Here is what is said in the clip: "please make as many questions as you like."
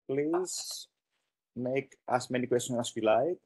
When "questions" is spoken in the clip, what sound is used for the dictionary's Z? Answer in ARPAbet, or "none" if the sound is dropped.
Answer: none